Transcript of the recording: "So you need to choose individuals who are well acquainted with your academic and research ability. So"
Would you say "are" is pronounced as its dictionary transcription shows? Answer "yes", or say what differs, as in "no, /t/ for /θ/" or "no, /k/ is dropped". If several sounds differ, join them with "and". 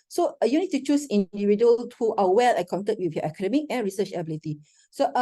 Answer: no, /w/ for /ɹ/